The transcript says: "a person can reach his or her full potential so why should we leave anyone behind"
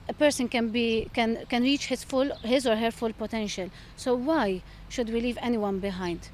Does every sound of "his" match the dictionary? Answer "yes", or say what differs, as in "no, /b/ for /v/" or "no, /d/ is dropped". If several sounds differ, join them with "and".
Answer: yes